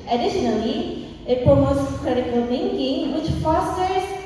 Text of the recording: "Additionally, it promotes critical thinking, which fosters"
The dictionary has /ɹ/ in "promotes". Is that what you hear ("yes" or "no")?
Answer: no